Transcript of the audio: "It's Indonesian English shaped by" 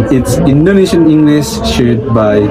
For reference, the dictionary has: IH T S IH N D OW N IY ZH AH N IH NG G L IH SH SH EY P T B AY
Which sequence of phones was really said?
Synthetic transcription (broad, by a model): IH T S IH N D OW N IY SH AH N IH NG G L IH SH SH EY T B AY